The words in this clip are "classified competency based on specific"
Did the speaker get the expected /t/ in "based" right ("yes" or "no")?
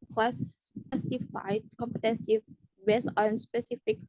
no